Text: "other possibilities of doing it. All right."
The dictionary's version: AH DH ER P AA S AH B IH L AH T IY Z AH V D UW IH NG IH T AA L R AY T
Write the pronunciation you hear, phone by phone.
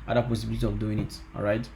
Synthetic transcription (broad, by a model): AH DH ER P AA S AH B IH L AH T IY AH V D UW IH NG IH T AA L R AY T